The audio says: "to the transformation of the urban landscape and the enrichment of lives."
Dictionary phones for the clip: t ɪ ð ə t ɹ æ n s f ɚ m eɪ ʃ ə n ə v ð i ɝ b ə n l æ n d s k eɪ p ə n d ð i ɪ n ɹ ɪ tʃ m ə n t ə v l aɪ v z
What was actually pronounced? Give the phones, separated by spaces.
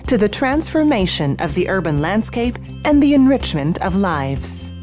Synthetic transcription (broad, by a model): t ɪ ð ə t ɹ æ n s f ɚ m eɪ ʃ ə n ə v ð i ɝ b ə n l æ n d s k eɪ p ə n ð i ɪ n ɹ ɪ tʃ m ə n t ə v l aɪ v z